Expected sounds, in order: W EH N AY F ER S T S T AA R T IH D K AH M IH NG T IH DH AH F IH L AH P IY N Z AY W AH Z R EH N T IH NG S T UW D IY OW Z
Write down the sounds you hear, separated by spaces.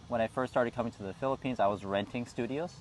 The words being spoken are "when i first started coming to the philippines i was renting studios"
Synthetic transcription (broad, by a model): W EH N AY F ER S S T AA R T IH D K AH M IH NG T IH DH AH F IH L AH P IY N Z AY W AH Z R EH N T IH NG S T UW D IY OW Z